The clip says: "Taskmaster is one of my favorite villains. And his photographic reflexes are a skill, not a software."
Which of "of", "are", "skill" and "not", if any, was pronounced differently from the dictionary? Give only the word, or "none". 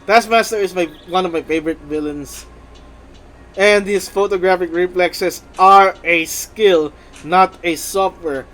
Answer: none